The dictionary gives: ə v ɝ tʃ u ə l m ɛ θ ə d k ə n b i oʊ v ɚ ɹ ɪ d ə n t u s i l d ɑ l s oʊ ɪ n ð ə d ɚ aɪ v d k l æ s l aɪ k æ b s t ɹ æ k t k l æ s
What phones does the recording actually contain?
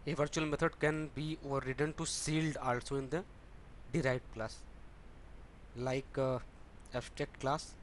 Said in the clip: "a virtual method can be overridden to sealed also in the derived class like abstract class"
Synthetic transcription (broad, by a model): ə v ɝ tʃ u ə l m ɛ t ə d k ə n b i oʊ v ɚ ɹ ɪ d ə n t u s i l d ɑ l s oʊ ɪ n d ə d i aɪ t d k l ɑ s l aɪ k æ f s t ɛ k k l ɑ s